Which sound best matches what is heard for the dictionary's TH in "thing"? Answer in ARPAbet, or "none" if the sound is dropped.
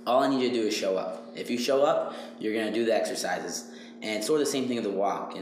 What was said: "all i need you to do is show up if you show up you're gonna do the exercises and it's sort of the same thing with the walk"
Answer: TH